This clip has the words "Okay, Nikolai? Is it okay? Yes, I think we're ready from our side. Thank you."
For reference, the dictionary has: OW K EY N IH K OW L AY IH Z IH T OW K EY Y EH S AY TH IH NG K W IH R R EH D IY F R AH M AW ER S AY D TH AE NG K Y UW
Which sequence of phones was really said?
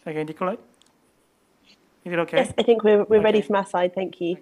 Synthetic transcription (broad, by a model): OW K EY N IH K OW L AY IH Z IH T OW K EY Y EH S AY TH IH NG K W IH W R EH D IY F R AH M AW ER S AY D TH AE NG K Y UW